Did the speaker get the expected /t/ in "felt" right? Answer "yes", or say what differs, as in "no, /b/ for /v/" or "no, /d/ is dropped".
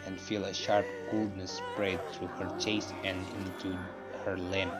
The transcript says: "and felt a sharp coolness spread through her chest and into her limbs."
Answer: no, /t/ is dropped